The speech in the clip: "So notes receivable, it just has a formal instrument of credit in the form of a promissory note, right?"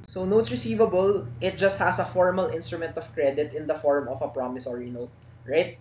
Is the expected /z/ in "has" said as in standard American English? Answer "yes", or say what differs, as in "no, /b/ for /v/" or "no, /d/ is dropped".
no, /s/ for /z/